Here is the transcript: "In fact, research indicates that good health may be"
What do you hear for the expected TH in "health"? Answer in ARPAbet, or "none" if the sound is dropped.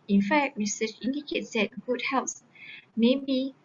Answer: S